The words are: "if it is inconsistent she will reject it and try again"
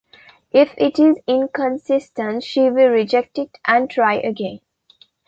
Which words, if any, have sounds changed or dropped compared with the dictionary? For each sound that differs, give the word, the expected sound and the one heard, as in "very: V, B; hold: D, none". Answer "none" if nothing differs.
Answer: none